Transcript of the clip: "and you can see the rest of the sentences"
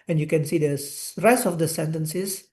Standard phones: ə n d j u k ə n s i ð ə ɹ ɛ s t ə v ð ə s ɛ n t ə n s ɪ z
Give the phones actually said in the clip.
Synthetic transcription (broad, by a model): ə n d j u k ə n s i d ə ɹ ɛ s t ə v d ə s ɛ n t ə n s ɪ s